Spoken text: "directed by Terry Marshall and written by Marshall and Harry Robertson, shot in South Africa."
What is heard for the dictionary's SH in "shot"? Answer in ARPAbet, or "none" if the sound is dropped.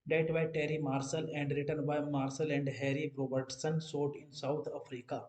S